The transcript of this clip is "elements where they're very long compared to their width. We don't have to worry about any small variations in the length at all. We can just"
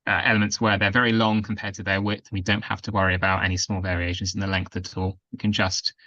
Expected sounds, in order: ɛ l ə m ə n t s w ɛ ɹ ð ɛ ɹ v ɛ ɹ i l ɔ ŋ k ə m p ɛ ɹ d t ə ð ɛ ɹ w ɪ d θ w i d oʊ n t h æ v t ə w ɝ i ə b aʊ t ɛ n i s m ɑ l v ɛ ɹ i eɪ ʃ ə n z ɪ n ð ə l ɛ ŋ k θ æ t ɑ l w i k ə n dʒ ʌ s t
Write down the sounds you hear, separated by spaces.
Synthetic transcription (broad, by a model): ɛ l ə m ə n t s w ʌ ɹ ð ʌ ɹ v ɛ ɹ i l ɔ ŋ k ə m p ɛ d t ə ð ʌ w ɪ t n w i d oʊ n t h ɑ f t ə w ɝ i ə b aʊ t ɛ n i s m ɑ l v ɛ ɹ i eɪ ʃ ə n z ɪ n ð ə l ɛ ŋ k θ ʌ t ɑ l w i k ə n dʒ ʌ s t